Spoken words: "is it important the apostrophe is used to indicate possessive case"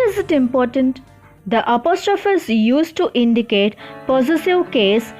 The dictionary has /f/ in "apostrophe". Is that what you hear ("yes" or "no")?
yes